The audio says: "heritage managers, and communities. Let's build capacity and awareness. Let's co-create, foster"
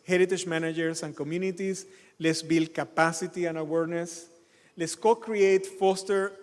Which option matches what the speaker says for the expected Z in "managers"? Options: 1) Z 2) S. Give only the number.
2